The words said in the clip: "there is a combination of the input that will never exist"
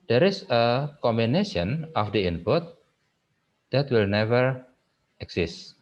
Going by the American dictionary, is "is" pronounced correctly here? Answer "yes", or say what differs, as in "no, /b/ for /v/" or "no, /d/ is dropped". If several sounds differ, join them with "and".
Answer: no, /s/ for /z/